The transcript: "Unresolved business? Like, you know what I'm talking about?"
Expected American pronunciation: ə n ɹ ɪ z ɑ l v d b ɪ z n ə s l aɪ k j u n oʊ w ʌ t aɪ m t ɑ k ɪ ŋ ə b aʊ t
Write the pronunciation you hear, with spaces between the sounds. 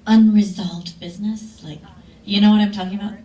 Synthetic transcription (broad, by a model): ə n ɹ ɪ z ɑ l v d b ɪ z n ə s l aɪ k j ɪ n oʊ w ʌ t aɪ m t ɑ k ɪ ŋ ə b aʊ t